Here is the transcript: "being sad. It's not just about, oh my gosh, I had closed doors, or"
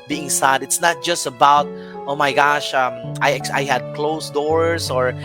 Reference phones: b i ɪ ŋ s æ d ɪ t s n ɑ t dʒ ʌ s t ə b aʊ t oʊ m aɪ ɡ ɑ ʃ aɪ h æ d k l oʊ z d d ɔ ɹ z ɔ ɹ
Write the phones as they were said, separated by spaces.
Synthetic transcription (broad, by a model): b i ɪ ŋ s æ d ɪ t s n ɑ t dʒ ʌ s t ə b aʊ t oʊ m aɪ ɡ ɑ ʃ aɪ h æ d k l oʊ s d d ɔ ɹ s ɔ ɹ